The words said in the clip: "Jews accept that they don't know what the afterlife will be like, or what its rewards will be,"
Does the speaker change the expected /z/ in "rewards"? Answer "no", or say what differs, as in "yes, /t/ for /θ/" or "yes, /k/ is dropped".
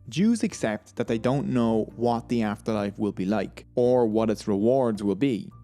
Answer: no